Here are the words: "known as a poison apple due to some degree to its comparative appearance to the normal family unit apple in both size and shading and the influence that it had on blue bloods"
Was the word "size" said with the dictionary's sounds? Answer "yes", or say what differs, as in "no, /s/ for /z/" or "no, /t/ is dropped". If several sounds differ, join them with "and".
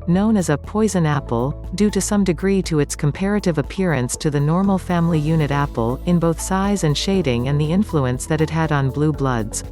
yes